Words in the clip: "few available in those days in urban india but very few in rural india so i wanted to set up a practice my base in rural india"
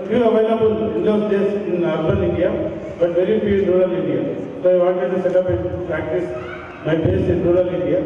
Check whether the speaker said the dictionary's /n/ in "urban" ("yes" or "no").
no